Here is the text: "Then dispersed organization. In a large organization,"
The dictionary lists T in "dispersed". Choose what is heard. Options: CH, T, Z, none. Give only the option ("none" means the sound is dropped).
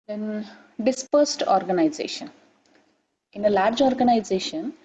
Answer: T